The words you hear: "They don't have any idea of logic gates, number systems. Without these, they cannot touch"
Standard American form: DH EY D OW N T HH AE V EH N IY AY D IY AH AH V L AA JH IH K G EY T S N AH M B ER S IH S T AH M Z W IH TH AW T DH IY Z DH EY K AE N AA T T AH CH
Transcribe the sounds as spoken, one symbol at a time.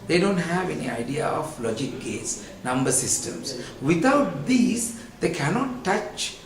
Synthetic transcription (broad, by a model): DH EY D OW N T HH AE V EH N IY AY D IY AH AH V L AA JH IH K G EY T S N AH M B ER S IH S T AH M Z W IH T AW T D IY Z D EY K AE N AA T T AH CH